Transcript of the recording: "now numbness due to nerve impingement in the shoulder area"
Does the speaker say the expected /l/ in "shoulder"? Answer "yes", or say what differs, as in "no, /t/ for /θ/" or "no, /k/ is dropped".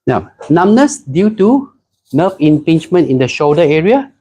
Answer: no, /l/ is dropped